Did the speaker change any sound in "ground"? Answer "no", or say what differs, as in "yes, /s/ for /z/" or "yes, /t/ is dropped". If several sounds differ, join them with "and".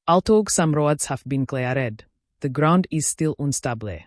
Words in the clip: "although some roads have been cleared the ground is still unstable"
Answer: no